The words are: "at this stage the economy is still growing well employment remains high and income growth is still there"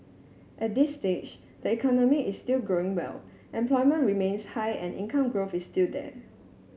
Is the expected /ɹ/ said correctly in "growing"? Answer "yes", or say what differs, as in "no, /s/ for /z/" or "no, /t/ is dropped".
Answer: yes